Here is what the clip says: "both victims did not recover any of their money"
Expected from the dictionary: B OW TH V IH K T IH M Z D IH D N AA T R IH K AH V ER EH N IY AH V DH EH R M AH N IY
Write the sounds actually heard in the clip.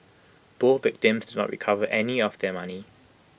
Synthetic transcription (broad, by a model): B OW V IH K T IH M Z D IH D N AA T R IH K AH V ER EH N IY AH V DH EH M AH N IY